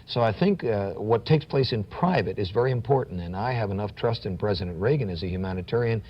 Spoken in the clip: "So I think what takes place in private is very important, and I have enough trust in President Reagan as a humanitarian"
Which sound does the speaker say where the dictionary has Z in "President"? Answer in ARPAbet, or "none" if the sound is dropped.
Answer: Z